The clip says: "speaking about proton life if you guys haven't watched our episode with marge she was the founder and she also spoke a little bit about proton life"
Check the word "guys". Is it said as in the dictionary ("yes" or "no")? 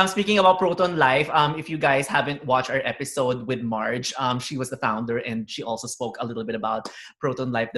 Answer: no